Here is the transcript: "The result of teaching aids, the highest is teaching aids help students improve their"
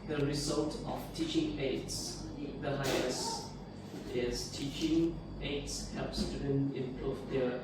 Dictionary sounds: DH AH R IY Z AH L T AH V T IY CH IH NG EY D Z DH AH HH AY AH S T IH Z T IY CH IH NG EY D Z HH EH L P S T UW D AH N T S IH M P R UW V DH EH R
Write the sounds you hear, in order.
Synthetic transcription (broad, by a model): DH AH R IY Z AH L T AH F T IY CH IH NG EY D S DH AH HH AY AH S IH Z T IY CH IH NG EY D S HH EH P S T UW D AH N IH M P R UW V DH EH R